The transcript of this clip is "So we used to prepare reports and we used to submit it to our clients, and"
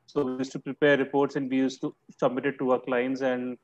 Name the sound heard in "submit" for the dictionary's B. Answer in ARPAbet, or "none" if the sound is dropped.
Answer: B